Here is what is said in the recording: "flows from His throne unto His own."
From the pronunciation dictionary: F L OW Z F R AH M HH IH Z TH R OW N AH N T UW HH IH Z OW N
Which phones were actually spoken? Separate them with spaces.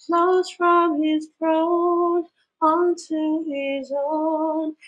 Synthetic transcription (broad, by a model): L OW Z F R AH M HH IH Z F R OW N AH N T UW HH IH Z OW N